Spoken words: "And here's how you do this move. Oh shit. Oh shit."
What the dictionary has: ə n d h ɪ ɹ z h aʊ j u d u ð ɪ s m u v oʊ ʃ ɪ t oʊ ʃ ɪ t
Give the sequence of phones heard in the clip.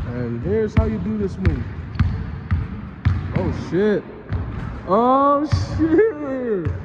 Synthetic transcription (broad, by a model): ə n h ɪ ɹ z h aʊ j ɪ d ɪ ð ɪ s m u oʊ ʃ ɪ t oʊ ʃ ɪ